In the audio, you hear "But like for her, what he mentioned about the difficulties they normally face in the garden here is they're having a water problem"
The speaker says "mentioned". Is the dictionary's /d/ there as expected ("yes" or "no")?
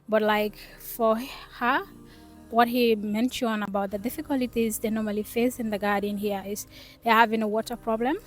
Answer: no